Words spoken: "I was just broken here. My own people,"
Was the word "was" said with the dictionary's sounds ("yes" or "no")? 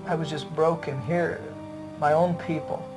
yes